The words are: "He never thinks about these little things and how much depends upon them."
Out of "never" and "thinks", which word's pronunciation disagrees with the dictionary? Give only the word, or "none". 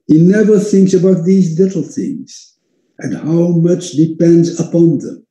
none